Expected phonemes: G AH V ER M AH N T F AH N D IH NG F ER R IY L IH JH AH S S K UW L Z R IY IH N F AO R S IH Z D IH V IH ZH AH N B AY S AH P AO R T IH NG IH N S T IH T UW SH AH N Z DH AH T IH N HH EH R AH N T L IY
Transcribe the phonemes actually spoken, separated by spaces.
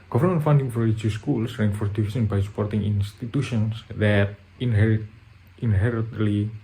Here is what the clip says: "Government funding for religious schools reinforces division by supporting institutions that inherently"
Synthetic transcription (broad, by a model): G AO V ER M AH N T F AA N D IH NG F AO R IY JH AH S S K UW L S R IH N F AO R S D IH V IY S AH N B AY S AH P AO R T IH NG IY N S T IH T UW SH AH N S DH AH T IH N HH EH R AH N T L IY